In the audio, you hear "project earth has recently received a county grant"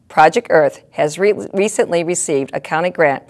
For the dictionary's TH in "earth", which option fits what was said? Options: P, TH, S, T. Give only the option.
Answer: TH